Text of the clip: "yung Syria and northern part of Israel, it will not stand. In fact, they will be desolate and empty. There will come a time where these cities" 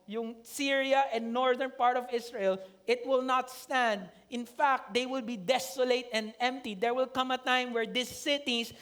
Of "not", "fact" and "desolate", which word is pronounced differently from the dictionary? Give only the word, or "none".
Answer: none